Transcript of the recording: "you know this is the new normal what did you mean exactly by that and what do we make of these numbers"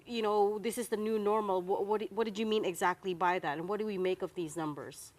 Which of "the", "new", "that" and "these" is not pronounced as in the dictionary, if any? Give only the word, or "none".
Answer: none